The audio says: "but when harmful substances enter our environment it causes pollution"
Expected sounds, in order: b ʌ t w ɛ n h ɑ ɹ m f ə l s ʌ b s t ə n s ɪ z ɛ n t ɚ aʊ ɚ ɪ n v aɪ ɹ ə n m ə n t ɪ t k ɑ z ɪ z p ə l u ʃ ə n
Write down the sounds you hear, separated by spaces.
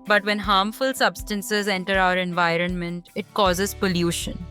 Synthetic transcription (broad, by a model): b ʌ t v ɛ n h ɑ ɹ m f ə l s ʌ b s t ə n s ɪ z ɛ n t ɚ aʊ ɚ ɪ n v aɪ ɹ ə n m ə n t ɪ t k ɑ z ɪ z p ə l u ʃ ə n